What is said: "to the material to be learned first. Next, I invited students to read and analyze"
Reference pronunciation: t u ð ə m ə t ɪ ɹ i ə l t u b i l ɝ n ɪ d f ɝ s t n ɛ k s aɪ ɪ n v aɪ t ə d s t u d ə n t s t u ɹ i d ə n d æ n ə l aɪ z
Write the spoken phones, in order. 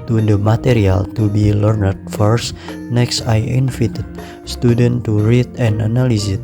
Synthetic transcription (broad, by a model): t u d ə m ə t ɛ ɹ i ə l t u b i l ɝ n ɪ d f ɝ s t n ɛ k s aɪ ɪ n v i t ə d s t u d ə n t t u ɹ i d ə n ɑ n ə l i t